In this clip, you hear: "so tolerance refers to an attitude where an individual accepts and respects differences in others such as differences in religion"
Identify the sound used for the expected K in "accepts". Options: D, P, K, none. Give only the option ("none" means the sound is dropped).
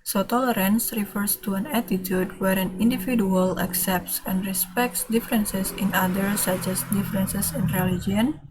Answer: K